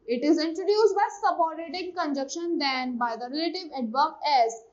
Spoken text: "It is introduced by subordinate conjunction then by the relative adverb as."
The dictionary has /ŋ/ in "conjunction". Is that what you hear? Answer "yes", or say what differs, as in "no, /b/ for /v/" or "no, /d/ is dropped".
no, /ŋ/ is dropped